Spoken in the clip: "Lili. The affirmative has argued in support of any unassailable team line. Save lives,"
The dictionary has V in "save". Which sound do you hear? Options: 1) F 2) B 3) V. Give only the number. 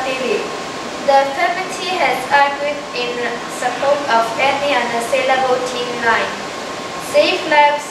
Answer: 1